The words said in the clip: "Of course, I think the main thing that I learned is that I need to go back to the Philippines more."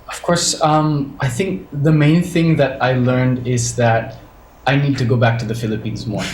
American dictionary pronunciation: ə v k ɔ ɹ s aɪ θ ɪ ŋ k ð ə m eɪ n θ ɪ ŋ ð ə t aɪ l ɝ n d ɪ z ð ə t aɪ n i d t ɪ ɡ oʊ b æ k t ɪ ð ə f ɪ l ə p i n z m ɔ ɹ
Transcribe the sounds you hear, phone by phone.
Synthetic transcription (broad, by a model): ə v k ɔ ɹ s aɪ θ ɪ ŋ k ð ə m eɪ n θ ɪ ŋ ð ə t aɪ l ɝ n d ɪ z ð ə t aɪ n i d t ɪ ɡ oʊ b æ k t ɪ ð ə f ɪ l ə p i n z m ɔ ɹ